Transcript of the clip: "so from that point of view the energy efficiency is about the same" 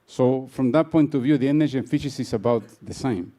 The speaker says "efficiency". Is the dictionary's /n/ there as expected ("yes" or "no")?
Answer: no